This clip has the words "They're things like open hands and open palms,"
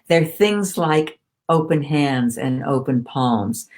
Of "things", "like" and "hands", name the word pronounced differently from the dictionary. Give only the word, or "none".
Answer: none